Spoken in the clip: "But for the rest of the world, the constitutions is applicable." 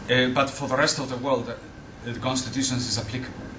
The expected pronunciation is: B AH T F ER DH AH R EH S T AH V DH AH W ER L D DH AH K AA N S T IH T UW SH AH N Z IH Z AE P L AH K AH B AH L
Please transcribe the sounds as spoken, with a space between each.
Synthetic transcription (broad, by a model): B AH T F ER DH AH R EH S T AH V DH AH W ER L D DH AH K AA N S T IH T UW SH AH N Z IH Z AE P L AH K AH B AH